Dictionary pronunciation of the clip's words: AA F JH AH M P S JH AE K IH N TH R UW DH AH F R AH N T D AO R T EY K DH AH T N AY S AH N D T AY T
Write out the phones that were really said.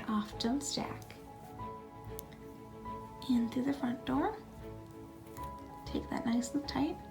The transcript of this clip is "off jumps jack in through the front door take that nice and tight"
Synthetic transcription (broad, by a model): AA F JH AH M S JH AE K IH N TH R UW DH AH F R AH N D AO R T EY K DH AH T N AY S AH T AY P